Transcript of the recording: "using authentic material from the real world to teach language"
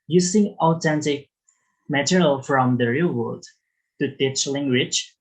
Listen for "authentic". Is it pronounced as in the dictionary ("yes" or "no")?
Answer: no